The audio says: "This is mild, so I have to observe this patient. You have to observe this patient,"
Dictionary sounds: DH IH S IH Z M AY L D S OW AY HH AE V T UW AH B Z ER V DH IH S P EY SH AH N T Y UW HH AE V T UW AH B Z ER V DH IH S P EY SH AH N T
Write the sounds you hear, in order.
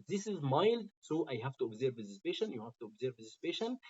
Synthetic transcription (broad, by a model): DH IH S IH Z M AY L D S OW AY HH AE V T UW AH B Z ER V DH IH S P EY SH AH N Y UW HH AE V T UW AH B Z ER V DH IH S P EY SH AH N